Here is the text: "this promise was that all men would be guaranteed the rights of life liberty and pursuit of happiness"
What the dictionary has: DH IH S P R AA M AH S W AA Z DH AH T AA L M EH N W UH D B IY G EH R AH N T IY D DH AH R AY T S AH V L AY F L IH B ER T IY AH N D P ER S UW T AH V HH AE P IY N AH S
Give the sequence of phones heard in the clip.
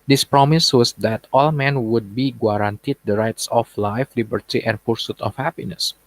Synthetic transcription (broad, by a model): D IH S P R AA M AH S W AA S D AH T AA L M EH N W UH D B IY G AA R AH N T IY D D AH R AY T S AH F L AY F L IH B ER T IY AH N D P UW S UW T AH F HH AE P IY N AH S